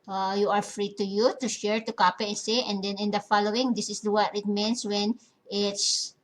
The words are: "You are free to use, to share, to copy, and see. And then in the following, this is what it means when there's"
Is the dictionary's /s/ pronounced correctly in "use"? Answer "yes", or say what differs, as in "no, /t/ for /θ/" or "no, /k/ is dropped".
no, /s/ is dropped